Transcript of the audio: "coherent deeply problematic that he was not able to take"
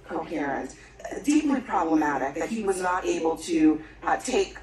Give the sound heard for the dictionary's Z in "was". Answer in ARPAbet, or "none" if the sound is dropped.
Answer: Z